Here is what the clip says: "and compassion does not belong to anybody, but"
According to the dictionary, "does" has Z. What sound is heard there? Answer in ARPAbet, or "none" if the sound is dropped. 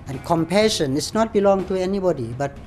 S